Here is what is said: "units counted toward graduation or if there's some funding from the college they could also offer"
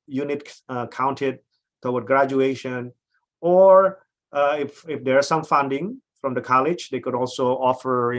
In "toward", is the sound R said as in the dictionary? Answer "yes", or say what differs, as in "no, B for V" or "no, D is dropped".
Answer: no, W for R